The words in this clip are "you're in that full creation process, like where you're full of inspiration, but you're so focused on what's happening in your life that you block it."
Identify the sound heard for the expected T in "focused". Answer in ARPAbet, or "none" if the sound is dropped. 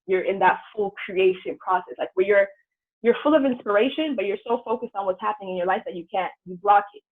T